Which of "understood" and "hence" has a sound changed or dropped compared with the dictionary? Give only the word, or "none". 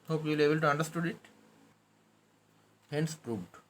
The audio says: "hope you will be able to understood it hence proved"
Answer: none